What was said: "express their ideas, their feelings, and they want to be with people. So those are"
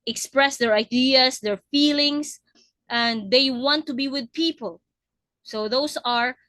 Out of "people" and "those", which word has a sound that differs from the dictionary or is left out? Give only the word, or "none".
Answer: those